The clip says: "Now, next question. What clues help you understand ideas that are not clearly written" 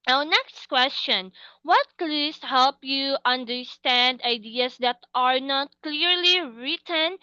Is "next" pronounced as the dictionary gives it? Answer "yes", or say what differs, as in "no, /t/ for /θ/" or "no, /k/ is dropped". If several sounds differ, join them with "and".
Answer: yes